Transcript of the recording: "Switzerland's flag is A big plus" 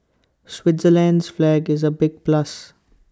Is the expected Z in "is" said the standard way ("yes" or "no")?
yes